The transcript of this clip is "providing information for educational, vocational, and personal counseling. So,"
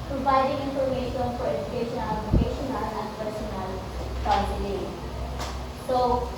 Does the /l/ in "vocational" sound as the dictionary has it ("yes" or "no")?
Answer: no